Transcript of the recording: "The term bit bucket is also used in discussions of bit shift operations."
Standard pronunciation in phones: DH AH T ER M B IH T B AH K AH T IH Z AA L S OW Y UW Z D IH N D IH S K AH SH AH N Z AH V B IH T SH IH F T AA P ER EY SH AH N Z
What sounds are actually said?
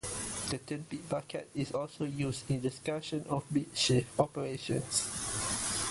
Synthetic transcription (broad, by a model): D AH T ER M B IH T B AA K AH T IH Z AA L S OW Y UW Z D IH N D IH S K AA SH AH N AH F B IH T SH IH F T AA P ER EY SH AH N S